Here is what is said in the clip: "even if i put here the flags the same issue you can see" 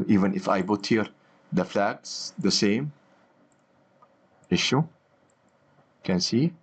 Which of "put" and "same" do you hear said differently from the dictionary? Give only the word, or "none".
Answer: put